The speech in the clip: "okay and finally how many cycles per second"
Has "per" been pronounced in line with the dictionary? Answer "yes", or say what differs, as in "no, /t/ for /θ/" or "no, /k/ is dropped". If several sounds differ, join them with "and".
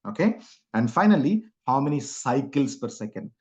yes